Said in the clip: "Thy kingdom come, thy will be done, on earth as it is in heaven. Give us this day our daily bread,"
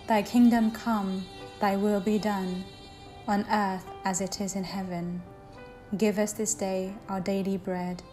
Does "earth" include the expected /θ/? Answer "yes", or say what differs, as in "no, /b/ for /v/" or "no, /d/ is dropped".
yes